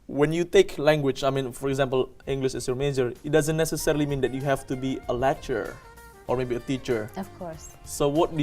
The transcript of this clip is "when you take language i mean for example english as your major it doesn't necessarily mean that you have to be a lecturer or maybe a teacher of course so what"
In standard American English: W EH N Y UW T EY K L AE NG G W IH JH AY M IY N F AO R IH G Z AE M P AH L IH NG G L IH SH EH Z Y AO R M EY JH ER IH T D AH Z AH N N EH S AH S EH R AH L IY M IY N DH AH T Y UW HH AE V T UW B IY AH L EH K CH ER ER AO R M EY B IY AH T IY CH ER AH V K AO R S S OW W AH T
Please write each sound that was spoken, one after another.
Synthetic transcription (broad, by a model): W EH N Y UW T EY K L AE NG G W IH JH AY M IY N F AO R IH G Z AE M P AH L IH NG G L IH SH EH S Y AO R M EY JH ER IH T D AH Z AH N N EH S AH S EH R AH L IY M IY N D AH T Y UW HH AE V T UW B IY AH L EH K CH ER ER AO R M EY B IY AH T IY CH ER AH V K AO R S S OW W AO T